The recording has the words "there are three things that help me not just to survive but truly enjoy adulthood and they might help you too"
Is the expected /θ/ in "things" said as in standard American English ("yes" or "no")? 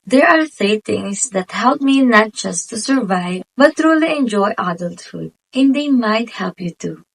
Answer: no